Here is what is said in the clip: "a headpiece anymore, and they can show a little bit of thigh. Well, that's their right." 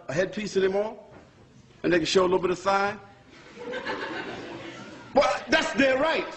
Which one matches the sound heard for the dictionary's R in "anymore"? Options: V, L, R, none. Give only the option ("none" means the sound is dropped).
L